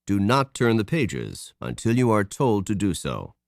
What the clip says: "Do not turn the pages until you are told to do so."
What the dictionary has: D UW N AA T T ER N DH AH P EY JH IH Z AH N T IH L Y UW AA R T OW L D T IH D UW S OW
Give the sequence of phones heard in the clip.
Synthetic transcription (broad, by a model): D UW N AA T T ER N DH AH P EY JH IH Z AH N T IH L Y UW AA R T OW L D T IH D UW S OW